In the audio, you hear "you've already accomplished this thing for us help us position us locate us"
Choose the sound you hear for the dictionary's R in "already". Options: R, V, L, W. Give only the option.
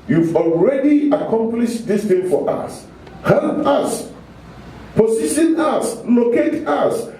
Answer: R